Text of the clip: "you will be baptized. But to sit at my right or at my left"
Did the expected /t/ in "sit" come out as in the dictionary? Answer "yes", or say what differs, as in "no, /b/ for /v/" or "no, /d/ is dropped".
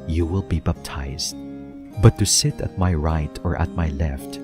yes